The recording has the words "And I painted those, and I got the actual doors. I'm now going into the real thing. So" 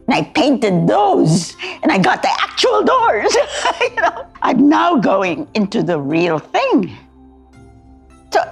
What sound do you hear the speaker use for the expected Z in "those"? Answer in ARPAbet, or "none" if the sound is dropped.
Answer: Z